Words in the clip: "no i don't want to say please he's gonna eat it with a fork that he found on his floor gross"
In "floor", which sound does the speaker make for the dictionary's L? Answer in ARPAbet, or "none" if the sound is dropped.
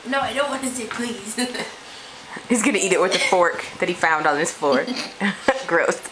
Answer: none